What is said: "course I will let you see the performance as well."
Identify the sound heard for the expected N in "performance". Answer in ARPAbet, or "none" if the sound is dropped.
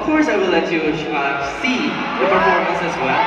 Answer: none